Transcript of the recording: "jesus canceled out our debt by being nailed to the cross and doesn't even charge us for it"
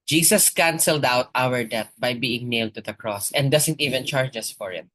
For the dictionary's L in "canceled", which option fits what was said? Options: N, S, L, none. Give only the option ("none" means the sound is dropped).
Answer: L